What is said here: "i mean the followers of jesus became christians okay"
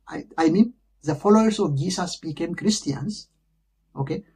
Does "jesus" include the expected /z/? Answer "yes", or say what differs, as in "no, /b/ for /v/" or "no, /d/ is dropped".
no, /s/ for /z/